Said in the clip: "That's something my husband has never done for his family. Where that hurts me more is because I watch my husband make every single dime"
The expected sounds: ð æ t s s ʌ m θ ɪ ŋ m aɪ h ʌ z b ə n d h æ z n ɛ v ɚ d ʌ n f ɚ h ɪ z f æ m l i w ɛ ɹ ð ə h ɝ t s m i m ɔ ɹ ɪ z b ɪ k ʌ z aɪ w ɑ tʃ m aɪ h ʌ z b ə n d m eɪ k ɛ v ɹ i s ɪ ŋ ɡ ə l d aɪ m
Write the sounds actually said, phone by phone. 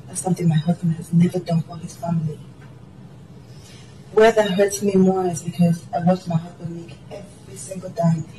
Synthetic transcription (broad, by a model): ð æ t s s ʌ m θ ɪ ŋ m aɪ h ʌ z b ə n d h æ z n ɛ v ɚ d ʌ n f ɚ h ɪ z f æ m l i w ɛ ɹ ð ə h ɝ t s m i m ɔ ɹ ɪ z b ɪ k ʌ z aɪ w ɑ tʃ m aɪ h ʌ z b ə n m eɪ k ɛ v ɹ i s ɪ ŋ ɡ ə l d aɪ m